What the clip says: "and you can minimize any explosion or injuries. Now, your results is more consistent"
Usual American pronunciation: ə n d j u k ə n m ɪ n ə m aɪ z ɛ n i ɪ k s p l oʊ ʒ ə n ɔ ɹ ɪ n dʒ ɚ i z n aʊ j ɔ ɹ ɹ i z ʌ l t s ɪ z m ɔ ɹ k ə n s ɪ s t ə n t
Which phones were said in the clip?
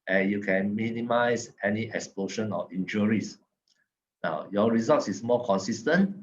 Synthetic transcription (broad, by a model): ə n j u k ə n m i n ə m aɪ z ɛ n i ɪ k s p l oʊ ʃ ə n ɔ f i n dʒ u i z n aʊ j ɔ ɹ ɹ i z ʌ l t s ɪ s m ɔ k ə n s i s t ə n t